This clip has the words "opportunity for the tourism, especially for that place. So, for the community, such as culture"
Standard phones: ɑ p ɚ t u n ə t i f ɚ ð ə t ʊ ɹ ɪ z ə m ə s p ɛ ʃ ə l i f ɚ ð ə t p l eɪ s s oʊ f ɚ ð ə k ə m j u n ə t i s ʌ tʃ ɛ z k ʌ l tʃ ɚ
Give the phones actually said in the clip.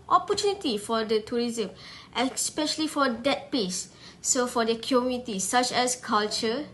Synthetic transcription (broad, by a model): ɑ p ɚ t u n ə t i f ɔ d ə t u ɹ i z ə m ə s p ɛ ʃ ə l i f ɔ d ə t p eɪ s s oʊ f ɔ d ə k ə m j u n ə t i s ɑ tʃ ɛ s k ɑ l tʃ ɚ